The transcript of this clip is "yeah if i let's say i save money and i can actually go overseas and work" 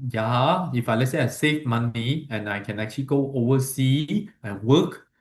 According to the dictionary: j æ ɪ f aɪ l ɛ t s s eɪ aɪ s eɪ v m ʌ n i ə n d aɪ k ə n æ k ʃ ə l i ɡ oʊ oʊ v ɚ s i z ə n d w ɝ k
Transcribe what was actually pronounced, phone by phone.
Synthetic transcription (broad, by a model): j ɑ ɪ f aɪ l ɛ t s s eɪ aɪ s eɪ f m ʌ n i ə n aɪ k ə n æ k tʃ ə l i ɡ oʊ oʊ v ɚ s i ə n w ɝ k